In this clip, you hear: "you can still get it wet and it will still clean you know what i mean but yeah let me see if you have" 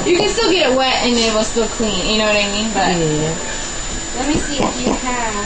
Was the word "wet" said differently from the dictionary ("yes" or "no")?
no